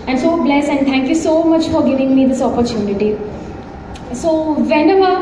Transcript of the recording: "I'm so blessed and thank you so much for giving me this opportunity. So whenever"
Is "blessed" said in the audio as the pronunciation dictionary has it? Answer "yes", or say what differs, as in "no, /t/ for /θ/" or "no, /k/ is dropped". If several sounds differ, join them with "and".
no, /t/ is dropped